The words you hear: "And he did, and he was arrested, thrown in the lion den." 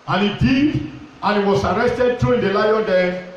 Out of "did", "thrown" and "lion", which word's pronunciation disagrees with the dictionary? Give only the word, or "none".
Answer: thrown